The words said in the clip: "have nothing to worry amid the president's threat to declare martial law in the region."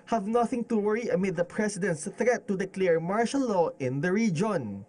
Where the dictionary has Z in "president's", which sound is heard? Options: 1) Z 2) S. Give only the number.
2